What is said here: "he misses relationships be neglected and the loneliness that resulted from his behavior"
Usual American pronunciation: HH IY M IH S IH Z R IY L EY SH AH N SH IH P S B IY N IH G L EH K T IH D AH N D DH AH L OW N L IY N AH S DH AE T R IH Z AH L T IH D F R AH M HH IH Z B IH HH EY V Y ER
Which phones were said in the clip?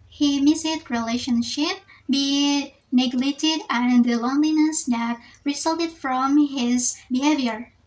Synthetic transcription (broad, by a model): HH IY M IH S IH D R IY L EY SH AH N SH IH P B IY N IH G L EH T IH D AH N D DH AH L OW N L IY N AH S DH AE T R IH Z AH L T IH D F R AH M HH IH Z B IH HH EY V Y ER